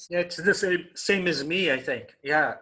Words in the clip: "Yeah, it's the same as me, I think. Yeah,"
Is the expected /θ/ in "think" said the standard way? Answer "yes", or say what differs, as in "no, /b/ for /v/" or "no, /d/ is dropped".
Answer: yes